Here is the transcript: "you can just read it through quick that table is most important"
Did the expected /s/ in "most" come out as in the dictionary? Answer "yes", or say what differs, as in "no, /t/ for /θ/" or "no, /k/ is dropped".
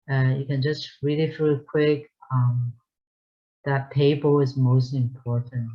yes